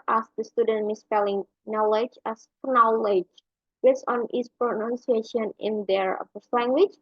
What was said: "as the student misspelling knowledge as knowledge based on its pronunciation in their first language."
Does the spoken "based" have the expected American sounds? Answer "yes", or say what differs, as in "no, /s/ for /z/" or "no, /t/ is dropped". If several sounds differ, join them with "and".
no, /t/ is dropped